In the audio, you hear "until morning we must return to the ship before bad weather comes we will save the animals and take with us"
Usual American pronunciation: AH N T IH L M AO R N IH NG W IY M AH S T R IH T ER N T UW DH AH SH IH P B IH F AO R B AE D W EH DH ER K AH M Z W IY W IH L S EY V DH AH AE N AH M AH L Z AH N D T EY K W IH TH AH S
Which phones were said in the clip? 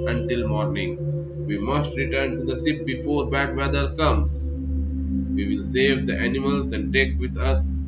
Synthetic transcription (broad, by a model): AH N T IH L M AO R N IH NG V IY M AH S T R IH T ER N T UW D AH S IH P B IH F AO R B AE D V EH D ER K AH M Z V IY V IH L S EY V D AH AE N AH M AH L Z AH N D T EY K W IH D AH S